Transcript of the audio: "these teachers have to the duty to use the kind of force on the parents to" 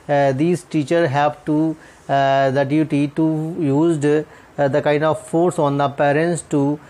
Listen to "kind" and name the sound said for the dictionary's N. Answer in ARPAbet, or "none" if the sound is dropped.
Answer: N